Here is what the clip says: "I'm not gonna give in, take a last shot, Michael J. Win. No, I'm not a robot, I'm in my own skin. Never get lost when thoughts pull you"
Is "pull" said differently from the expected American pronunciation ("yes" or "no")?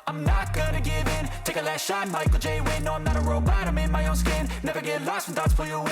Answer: yes